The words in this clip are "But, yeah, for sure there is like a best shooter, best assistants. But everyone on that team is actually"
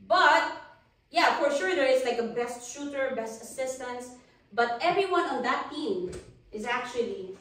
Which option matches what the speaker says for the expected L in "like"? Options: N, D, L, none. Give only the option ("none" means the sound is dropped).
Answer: L